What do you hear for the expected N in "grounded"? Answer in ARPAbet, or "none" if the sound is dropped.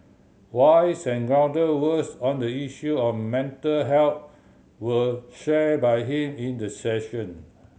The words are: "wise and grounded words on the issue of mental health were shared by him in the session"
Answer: none